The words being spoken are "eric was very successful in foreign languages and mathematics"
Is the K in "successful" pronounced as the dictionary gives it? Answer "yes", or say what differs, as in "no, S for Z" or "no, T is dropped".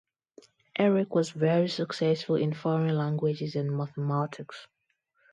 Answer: yes